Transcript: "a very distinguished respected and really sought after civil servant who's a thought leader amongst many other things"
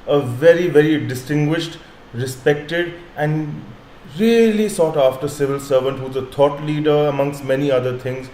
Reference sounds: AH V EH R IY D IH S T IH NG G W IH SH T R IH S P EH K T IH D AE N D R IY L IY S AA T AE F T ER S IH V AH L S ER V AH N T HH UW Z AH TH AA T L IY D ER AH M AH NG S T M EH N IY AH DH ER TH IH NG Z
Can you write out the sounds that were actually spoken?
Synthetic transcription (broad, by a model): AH V EH R IY D IH S T IH NG G W IH SH T R IH S P EH K T IH D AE N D R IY L IY S AA T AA F T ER S IH V AH L S ER V AH N T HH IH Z AH T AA T L IY D ER AH M AH NG S T M EH N IY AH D ER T IH NG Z